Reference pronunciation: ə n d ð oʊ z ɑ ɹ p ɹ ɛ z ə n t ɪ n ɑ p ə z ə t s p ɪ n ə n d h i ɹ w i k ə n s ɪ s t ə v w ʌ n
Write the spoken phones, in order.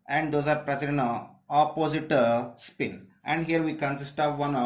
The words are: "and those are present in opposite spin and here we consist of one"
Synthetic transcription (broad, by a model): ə n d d oʊ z ɑ ɹ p ɹ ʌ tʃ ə t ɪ n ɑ p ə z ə t s p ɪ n ə n d h i ɹ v i k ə n s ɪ s t ə v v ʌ n